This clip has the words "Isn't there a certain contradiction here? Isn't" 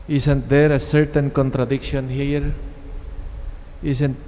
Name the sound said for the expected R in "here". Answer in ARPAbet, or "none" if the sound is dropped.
R